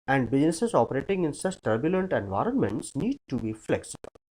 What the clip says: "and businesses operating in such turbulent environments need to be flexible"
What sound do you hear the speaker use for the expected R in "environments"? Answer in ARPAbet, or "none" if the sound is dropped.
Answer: R